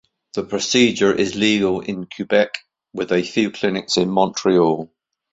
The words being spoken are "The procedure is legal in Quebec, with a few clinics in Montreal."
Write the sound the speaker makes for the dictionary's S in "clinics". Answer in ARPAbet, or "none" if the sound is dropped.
S